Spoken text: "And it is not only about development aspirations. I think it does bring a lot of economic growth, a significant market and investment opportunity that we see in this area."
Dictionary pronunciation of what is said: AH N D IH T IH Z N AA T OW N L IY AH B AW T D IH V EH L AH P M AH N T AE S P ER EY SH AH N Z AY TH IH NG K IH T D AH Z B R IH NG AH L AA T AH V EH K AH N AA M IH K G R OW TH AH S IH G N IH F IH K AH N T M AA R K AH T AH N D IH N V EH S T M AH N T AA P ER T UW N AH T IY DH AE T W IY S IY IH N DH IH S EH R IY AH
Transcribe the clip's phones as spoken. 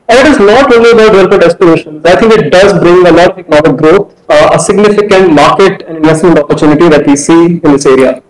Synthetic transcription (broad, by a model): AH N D IH T IH Z N AA T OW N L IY AH B AW T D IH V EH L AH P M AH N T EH S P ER EY SH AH N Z AY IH NG K IH T D AH Z B R IH NG AH L AA T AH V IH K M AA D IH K G R OW T AH S IH G N IH F IH K AH N T M AA R K AH T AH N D IH N V EH S T M AH N T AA P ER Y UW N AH T IY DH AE T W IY S IY IH N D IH S EH R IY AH